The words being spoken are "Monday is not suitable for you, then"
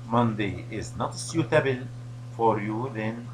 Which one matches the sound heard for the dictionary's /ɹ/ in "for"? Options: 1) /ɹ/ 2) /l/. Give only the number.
1